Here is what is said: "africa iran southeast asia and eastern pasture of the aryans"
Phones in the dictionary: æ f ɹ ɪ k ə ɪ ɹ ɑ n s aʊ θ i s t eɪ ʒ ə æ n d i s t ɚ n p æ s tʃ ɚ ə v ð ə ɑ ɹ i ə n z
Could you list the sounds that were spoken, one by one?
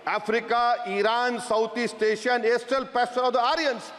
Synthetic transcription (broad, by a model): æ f ɹ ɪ k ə ɪ ɹ ɑ n s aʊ t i s t eɪ ʃ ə n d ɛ s t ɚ l p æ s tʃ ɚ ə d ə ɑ ɹ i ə n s